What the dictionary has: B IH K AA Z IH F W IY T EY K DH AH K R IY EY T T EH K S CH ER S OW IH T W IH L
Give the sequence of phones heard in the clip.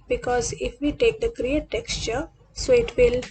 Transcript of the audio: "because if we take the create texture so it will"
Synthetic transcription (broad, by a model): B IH K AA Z IH F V IY T EY K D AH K R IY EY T T EH K S CH ER S OW IH T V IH L